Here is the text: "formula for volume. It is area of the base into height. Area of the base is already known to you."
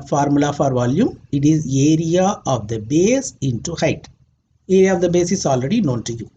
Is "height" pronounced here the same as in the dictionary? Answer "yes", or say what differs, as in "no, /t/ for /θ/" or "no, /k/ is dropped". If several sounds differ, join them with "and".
yes